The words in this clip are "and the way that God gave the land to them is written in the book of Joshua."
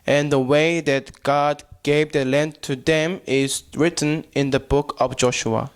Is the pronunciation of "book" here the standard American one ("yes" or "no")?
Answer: yes